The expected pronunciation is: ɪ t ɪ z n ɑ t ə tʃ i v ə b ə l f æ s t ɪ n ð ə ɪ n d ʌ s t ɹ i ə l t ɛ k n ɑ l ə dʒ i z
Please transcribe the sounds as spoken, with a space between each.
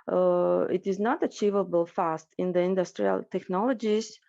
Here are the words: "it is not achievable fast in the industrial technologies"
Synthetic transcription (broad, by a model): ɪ t ɪ z n ɑ t ə tʃ i v ə b ə l f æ s t ɪ n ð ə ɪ n d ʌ s t ɹ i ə l t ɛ k n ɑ l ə dʒ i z